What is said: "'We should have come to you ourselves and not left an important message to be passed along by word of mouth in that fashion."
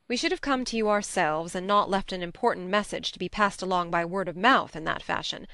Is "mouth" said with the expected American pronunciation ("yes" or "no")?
yes